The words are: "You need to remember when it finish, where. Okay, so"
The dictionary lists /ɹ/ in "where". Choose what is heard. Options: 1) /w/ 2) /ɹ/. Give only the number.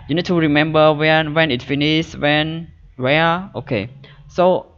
1